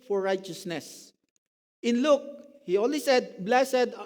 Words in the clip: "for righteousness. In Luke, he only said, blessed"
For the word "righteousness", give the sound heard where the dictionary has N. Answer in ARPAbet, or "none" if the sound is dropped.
N